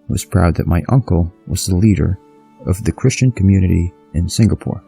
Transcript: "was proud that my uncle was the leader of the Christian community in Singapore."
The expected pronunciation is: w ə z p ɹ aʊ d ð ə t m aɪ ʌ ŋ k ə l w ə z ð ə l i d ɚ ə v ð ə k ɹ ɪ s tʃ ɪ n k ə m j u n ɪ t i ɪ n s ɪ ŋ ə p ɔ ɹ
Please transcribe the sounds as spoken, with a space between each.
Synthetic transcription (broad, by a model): w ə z p ɹ aʊ d ð ə t m aɪ ʌ ŋ k ə l w ə z ð ə l i d ɚ ə v ð ə k ɹ ɪ s tʃ ɪ n k ə m j u n ɪ t i ɪ n s ɪ ŋ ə p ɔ ɹ